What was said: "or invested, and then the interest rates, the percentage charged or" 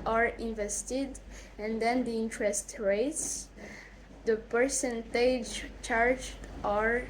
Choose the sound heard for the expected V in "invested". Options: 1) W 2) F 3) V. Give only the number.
3